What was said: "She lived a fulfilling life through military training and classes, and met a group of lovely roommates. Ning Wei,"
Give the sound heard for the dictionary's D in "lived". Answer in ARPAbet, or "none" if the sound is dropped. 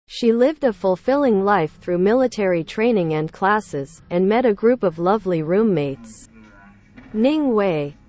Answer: D